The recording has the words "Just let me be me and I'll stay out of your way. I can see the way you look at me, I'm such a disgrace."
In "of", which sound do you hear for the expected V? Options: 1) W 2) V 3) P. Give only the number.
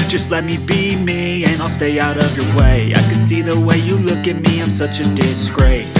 2